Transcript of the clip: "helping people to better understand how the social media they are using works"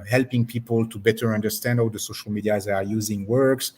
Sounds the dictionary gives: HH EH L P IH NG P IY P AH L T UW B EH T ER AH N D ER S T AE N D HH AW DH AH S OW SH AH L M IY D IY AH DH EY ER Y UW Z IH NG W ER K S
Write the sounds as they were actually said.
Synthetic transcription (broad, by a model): HH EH L P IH NG P IY P AH L T UW B EH T ER AH N D ER S T AE N D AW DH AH S OW SH AH L M IY D IY AH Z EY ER Y UW Z IH NG W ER K S